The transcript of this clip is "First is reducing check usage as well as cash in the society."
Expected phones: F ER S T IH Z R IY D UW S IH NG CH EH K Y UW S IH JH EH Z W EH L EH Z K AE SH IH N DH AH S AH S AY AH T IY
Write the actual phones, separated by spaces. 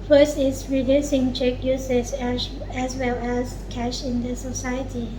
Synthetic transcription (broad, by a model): F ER S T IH S R IY D UW S IH NG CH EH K Y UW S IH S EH S W EH L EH S K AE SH IH N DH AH S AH S AY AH T IY